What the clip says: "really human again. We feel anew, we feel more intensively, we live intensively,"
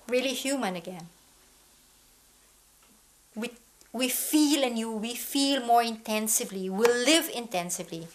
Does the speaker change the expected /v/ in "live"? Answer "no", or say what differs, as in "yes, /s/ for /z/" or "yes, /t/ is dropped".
no